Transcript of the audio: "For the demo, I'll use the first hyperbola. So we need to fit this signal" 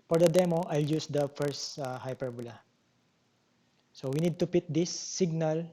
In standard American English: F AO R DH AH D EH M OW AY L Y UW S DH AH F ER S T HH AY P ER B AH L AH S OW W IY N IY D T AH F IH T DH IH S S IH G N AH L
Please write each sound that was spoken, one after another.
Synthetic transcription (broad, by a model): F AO R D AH D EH M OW AY L Y UW S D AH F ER S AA HH AY P ER B AH L AH S OW W IY N IY D T AH P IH T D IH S S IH G N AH L